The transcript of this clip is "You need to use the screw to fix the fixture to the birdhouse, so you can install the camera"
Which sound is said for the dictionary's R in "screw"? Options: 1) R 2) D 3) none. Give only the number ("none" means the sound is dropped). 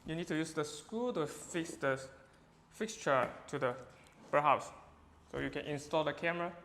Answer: 3